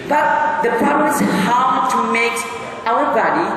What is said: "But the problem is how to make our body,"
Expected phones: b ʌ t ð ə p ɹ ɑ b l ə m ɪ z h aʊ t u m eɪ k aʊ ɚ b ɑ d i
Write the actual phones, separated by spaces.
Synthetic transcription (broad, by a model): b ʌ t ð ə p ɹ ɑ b ə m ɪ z h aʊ t u m eɪ k aʊ ɚ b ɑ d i